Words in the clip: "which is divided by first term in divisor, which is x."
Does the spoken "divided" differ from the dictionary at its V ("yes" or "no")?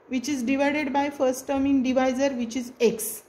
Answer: no